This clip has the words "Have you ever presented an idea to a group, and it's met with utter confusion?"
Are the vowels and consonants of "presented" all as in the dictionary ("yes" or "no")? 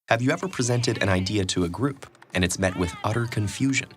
yes